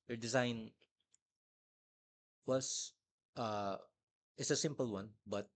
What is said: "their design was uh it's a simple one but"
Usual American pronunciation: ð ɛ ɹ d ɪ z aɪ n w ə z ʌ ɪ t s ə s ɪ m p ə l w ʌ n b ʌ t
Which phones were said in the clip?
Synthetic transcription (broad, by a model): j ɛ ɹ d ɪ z aɪ n w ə s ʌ ɪ t s ə s ɪ m p ə l w ʌ n b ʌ t